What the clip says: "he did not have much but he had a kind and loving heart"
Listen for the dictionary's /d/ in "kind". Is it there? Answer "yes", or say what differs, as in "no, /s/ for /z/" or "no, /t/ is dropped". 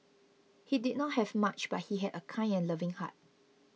no, /d/ is dropped